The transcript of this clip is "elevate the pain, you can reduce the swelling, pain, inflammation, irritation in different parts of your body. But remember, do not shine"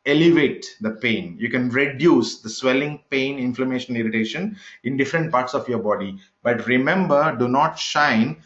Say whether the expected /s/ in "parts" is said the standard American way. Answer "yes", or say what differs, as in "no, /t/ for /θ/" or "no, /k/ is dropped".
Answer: yes